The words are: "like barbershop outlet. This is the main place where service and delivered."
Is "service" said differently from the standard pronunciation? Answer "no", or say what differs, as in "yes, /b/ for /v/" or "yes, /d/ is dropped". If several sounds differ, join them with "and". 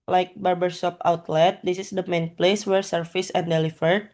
yes, /f/ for /v/